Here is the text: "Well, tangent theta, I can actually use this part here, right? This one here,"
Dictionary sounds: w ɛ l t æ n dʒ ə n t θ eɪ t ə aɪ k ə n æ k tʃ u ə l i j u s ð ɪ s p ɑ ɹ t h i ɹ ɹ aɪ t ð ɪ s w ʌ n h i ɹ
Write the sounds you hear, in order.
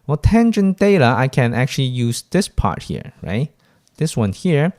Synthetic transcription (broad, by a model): w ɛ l t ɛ n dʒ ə n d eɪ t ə aɪ k ə n æ k tʃ u ə l i j u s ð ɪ s p ɑ ɹ t h i ɹ ɹ aɪ t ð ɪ s w ʌ n h i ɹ